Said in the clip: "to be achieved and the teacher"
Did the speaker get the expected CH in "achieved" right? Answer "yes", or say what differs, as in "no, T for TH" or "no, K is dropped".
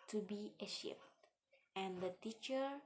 no, SH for CH